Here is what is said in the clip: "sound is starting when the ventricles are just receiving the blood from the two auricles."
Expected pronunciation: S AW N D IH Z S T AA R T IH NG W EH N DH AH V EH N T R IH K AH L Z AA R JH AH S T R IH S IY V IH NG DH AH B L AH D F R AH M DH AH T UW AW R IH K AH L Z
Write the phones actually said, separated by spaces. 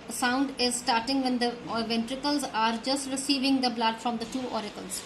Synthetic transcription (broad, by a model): S AW N D IH Z S T AA R T IH NG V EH N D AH V EH N T R IH K AH L Z AA R JH AH S T R IH S IY V IH NG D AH B L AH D F R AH M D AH T UW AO R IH K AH L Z